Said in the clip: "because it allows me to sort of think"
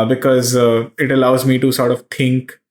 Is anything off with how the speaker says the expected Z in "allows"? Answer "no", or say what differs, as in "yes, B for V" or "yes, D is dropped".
no